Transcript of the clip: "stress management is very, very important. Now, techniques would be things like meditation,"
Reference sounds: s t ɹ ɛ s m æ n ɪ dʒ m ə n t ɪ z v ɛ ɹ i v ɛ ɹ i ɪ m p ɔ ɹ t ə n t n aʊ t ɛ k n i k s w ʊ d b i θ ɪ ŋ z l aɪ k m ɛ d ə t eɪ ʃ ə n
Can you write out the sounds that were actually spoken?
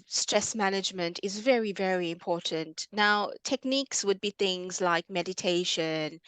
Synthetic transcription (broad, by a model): s t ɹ ɛ s m æ n ɪ dʒ m ə n t ɪ z v ɛ ɹ i v ɛ ɹ i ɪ m p ɔ ɹ t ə n t n aʊ t ɛ k n i k s w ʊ d b i θ ɪ ŋ z l aɪ k m ɛ d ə t eɪ ʃ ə n